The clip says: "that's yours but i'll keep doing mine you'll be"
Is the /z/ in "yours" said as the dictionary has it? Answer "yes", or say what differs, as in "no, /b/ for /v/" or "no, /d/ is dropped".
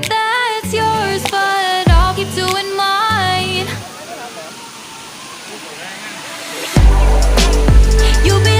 yes